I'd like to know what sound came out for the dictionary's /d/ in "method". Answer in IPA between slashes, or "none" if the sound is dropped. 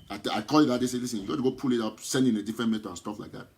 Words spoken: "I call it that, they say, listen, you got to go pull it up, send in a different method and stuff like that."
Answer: none